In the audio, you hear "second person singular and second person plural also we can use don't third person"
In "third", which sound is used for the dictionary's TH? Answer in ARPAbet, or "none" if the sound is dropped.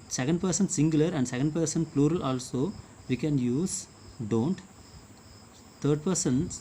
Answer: T